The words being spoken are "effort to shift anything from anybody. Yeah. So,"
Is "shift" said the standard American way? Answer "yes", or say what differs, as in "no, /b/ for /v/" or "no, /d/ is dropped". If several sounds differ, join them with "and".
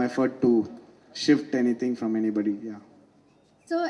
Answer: yes